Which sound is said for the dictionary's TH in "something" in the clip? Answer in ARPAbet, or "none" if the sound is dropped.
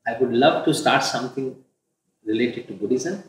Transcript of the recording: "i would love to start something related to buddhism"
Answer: T